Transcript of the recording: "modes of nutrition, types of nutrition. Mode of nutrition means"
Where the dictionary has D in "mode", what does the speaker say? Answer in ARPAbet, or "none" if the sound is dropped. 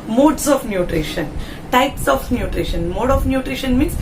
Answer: D